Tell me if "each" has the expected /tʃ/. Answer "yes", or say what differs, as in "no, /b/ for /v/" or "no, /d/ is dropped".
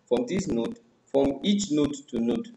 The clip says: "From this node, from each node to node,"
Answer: yes